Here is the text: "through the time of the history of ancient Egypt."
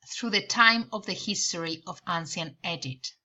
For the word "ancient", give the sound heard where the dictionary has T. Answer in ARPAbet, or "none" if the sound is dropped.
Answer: none